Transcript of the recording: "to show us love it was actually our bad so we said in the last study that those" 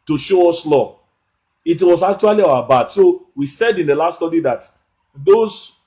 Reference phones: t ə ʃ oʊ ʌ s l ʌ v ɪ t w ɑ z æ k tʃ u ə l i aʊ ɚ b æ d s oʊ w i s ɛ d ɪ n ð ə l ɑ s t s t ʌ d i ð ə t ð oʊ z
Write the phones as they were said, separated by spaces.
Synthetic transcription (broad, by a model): t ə ʃ oʊ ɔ s l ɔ ɪ t w ɑ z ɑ k tʃ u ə l i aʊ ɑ b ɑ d s oʊ w i s ɛ d ɪ n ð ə l ɑ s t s t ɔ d i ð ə t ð oʊ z